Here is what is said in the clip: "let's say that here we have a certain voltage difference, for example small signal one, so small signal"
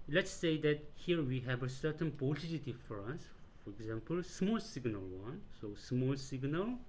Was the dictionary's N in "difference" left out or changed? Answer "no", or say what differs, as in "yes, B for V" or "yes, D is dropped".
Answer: yes, N is dropped